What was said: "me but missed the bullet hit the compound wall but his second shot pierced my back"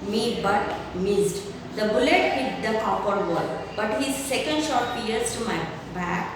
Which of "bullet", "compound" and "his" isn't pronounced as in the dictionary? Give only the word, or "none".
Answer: compound